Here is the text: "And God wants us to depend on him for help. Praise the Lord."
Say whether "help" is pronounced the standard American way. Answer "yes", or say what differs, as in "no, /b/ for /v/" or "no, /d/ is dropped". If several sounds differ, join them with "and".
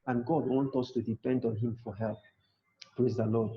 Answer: yes